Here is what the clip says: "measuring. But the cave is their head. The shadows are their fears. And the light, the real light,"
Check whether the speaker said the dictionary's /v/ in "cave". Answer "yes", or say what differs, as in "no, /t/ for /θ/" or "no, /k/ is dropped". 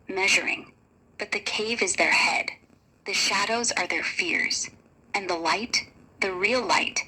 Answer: yes